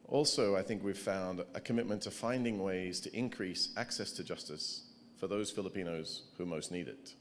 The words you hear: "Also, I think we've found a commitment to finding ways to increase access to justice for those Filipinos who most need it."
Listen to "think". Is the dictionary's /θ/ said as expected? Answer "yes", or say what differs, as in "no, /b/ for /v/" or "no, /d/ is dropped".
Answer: yes